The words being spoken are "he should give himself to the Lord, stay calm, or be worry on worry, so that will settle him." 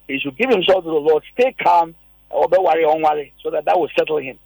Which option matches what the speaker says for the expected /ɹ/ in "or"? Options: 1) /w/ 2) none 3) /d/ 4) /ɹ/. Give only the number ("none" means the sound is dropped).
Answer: 1